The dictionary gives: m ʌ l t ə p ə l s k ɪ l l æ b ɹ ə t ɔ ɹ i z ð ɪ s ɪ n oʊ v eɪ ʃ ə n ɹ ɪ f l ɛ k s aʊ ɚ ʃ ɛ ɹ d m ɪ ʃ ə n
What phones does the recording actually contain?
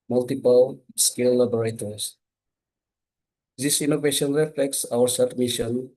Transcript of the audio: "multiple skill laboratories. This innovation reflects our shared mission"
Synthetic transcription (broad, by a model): m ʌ l t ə p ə l s k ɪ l l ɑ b ɹ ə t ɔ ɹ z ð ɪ s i n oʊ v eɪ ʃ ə n ɹ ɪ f l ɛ k s aʊ ɚ s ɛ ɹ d m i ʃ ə n